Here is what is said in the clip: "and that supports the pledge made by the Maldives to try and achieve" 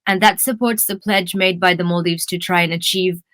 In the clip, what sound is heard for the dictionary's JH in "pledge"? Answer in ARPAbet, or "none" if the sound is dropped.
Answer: JH